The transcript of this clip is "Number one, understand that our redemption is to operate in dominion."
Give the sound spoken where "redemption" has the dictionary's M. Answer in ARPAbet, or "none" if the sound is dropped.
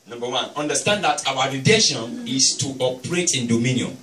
none